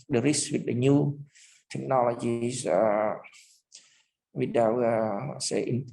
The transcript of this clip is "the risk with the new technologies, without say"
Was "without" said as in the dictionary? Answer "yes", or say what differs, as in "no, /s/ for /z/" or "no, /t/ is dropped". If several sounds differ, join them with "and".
no, /t/ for /θ/